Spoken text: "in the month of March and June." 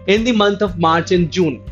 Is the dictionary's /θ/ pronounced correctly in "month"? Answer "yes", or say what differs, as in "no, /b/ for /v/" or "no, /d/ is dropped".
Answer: no, /t/ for /θ/